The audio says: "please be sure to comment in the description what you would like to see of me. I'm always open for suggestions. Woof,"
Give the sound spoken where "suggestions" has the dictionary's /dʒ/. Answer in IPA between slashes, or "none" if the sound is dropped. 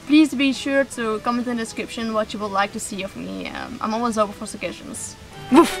none